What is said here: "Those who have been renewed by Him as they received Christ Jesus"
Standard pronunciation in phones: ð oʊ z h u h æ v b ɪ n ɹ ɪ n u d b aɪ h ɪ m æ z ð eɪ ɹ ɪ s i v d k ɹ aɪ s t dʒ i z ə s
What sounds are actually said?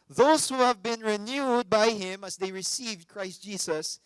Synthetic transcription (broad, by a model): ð oʊ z h u h æ v b ɪ n ɹ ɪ n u d b aɪ h ɪ m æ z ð eɪ ɹ ɪ s i v d k ɹ aɪ s t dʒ i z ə s